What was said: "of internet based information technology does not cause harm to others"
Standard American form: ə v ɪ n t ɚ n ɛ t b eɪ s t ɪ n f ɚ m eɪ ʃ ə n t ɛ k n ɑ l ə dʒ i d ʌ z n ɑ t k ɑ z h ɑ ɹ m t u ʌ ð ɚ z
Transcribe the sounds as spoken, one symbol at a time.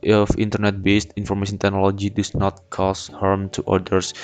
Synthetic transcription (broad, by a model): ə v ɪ n t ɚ n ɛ t b eɪ s t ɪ n f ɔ m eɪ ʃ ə n t ɛ k n ɑ l ə dʒ i d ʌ s n ɑ t k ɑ s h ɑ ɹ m t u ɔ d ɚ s